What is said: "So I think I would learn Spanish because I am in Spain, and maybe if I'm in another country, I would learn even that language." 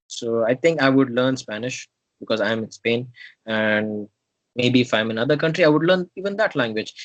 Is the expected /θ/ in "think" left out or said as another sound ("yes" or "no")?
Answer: yes